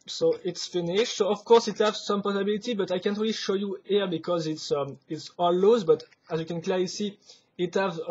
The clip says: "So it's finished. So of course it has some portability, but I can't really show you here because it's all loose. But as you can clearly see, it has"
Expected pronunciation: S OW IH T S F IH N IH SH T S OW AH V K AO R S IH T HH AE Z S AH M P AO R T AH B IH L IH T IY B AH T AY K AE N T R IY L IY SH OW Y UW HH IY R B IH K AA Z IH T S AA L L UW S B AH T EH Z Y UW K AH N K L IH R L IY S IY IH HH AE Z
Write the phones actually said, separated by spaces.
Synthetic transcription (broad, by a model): S OW IH T S F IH N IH SH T S OW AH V K AO R S IH T HH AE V S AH M P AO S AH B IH L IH T IY B AH T AY K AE N T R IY L IY SH OW Y UW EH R B IH K AA Z IH T S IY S L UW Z B AH T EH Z Y UW K AH N K L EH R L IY S IY IH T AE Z